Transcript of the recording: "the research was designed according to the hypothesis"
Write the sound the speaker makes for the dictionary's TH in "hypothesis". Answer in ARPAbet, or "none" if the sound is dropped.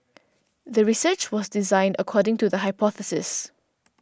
TH